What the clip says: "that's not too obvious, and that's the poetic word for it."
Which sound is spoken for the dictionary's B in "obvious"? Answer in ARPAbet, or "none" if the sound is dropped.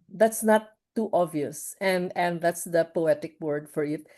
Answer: none